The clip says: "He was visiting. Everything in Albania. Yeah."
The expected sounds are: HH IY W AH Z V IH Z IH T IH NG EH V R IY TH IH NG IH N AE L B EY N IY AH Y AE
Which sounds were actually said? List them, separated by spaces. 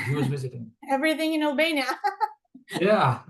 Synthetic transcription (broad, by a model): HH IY W AH Z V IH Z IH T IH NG EH V R IY TH IH NG IH N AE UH B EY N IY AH Y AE